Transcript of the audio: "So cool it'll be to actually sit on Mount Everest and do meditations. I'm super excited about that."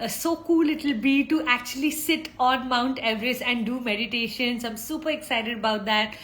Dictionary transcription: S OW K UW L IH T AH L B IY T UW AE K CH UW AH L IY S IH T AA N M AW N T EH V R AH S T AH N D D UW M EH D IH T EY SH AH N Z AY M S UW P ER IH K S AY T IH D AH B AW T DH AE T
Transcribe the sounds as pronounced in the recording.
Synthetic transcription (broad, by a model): S OW K UW L IH T AH L B IY T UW AE K CH UW AH L IY S IH T AA N M AW N T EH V R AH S AH N D D UW M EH D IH T EY SH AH N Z AY M S UW P ER IH K S AY T IH D AH B AW T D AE T